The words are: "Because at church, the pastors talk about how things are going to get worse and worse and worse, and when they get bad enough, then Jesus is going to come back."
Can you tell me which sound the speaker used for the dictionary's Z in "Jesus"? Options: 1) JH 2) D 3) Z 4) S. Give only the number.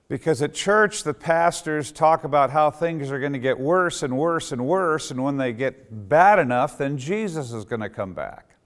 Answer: 3